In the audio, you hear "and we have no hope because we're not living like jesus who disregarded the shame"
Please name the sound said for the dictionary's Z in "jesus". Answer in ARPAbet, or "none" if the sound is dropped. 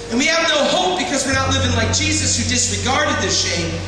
Z